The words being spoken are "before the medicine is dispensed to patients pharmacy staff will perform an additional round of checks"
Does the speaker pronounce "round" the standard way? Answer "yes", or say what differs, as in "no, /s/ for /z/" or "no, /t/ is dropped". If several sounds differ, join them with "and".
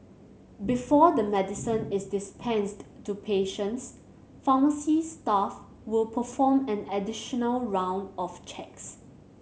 yes